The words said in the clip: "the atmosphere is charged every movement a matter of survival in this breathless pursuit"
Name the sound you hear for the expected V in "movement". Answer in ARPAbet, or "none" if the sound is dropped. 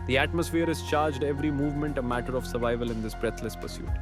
V